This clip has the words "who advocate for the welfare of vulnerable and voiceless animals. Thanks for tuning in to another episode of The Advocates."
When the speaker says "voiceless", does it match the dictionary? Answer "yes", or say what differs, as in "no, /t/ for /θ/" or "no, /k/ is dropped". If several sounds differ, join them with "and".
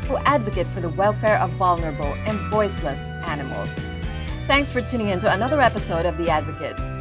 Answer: yes